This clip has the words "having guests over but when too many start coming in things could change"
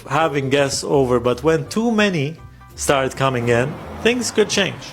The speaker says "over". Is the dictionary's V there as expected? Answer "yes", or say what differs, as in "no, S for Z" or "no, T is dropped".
yes